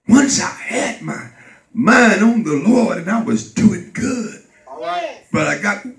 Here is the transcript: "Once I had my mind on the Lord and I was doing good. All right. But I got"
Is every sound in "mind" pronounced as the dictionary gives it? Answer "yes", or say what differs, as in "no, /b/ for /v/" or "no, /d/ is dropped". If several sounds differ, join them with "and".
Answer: no, /d/ is dropped